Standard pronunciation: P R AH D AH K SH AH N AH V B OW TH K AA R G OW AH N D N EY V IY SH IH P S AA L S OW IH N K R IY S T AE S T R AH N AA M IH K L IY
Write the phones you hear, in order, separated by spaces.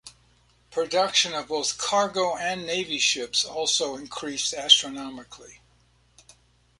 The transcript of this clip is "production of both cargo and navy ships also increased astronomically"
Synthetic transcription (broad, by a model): P R AH D AH K SH AH N AH V B OW TH K AA R G OW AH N N EY V IY SH IH P S AA L S OW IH N K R IY S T AE S T R AH N AA M IH K L IY